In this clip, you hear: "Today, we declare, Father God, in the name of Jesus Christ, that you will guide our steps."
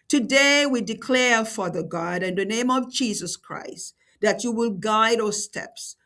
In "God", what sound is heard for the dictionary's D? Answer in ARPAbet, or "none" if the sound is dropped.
D